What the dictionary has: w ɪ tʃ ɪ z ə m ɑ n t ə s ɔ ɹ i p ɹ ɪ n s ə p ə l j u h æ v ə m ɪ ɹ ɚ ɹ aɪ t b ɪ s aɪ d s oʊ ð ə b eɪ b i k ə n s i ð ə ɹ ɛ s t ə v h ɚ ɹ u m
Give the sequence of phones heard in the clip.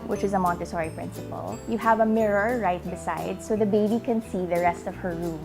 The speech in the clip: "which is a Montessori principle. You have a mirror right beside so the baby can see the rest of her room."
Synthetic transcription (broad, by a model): w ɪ tʃ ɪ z ə m ɑ n t ə s ɔ ɹ i p ɹ ɪ n s ə p ə l j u h æ v ə m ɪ ɹ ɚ ɹ aɪ t b ɪ s aɪ d s oʊ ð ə b eɪ b i k ə n s i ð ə ɹ ɛ s t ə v h ɚ ɹ u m